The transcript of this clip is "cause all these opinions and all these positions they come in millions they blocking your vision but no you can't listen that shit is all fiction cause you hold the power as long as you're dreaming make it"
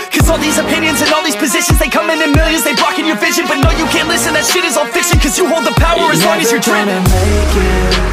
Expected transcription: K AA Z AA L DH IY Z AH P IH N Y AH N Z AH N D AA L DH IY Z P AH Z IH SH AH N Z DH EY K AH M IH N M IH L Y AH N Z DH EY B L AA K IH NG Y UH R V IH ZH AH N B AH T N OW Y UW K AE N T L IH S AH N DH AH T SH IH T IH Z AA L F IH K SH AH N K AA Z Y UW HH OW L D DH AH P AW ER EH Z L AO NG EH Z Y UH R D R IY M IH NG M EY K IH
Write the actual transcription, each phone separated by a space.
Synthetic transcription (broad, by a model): K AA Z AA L DH IY Z AH P IH N Y AH N Z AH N AA L DH IY Z P AH Z IH SH AH N Z DH EY K AH M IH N M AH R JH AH Z DH EY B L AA K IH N Y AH R V IH ZH AH N B AH T N OW Y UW K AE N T L IH S AH N DH AH T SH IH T IH Z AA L F IH K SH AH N K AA Z Y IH HH OW L D DH AH P AW ER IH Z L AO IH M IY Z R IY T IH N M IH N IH